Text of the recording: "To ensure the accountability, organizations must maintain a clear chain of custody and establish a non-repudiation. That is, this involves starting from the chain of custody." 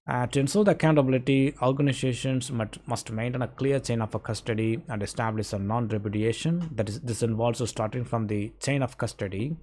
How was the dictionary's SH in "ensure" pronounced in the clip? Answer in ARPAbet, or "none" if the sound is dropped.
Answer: S